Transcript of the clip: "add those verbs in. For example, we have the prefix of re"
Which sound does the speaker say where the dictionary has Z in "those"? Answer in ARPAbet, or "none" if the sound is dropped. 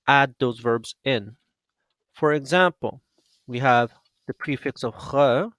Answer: Z